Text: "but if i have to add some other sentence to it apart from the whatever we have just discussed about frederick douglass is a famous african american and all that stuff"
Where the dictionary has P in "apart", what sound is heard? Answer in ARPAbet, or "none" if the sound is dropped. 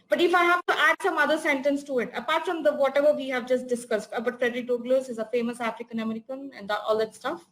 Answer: P